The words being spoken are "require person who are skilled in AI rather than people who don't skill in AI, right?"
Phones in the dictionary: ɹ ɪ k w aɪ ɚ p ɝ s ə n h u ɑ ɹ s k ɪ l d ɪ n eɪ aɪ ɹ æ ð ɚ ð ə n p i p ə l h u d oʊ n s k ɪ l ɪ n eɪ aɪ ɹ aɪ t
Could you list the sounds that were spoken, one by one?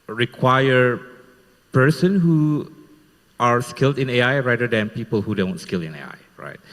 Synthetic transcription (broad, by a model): ɹ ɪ k w aɪ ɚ p ɝ s ə n h u ɑ ɹ s k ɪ l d ɪ n eɪ aɪ ɹ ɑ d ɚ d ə n p i p ə l h u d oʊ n s k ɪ l ɪ n eɪ aɪ ɹ aɪ t